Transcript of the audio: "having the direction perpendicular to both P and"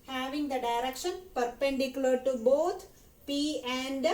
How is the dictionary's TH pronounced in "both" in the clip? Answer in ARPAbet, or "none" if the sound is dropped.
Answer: T